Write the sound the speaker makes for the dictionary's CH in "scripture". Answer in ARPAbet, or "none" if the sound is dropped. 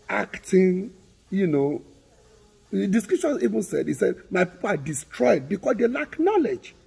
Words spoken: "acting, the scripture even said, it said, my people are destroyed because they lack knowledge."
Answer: SH